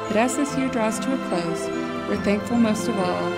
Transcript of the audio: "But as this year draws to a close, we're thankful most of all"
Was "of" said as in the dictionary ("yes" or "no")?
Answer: no